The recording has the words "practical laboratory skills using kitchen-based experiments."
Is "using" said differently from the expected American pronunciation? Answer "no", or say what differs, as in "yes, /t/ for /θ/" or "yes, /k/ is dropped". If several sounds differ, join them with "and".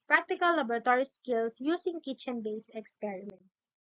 yes, /s/ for /z/